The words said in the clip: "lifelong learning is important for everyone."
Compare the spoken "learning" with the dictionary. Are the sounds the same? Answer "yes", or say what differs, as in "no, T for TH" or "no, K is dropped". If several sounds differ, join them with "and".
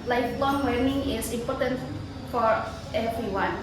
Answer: no, W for L